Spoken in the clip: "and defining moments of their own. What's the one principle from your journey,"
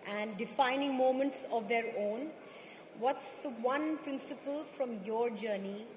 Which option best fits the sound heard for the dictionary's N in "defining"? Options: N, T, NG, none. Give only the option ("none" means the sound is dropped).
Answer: N